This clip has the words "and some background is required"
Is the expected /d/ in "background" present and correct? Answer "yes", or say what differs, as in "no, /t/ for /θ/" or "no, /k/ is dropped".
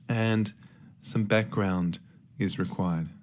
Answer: yes